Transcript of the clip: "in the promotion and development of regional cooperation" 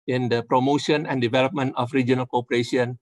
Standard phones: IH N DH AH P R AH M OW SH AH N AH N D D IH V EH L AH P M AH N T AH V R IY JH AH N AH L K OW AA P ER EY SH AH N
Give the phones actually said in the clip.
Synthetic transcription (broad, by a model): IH N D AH P R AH M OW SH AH N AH N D D IH V EH L AH P M AH N T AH F R IY JH AH N AH L K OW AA P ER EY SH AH N